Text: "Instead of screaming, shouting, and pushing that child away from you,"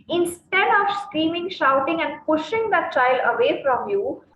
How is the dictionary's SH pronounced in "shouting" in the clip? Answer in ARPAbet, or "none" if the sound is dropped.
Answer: SH